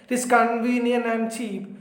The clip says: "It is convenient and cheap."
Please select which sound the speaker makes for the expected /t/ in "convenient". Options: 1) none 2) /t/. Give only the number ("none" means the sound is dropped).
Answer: 1